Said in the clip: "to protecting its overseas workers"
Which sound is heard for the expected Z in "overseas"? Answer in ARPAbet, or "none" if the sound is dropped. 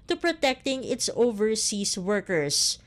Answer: S